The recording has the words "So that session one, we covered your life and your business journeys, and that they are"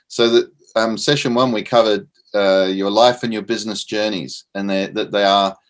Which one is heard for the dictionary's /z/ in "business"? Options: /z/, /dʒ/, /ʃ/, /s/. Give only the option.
/z/